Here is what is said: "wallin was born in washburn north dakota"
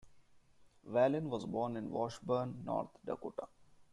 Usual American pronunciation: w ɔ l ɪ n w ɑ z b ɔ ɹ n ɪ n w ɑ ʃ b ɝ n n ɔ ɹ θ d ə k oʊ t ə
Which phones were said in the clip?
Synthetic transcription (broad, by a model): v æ l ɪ n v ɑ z b ɔ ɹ n ɪ n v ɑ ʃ b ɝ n n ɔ ɹ t d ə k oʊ t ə